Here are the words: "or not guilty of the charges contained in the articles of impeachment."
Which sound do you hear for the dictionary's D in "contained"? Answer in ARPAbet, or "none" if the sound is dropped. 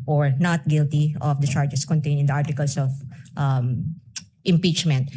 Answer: none